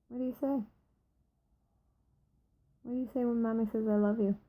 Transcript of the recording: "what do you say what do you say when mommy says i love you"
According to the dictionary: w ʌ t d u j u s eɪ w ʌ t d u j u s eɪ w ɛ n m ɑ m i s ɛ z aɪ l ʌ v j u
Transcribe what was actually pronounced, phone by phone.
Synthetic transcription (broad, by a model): w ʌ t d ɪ j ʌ s eɪ w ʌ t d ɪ j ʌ s eɪ w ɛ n m ɑ m i s ɛ z aɪ l ʌ v j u